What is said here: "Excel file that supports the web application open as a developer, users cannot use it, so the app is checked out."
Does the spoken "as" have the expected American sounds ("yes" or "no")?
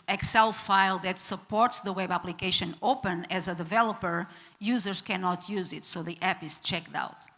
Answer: yes